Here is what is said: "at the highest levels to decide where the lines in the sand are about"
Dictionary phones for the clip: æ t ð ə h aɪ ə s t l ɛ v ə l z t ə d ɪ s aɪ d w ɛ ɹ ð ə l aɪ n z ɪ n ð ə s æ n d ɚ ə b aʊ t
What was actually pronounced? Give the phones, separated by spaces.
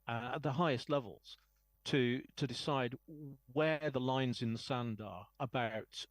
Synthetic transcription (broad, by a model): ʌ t ð ə h aɪ ə s t l ɛ v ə l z t ə d ɪ s aɪ d w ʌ ð ə l aɪ n z ɪ n ð ə s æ n d ɚ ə b aʊ t